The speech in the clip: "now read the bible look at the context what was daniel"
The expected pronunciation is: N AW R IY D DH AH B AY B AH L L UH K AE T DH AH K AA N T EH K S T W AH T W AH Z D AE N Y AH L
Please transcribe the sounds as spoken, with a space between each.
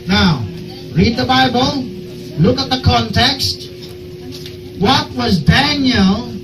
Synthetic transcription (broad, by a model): N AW R IY D DH AH B AY B AH L L UH K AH T DH AH K AA N T EH K S T W AH T W AH Z D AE N Y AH L